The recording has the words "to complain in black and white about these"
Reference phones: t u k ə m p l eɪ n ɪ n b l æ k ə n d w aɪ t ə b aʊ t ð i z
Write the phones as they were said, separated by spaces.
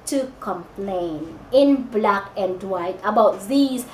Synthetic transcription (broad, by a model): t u k ə m p l eɪ n ɪ n b l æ k ə n d w aɪ t ə b aʊ t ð i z